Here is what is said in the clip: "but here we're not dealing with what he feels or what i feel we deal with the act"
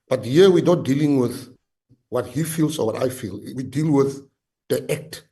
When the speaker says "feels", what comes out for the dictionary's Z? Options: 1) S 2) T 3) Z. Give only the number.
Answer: 1